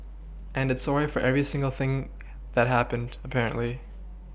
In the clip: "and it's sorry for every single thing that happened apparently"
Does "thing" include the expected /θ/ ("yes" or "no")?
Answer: yes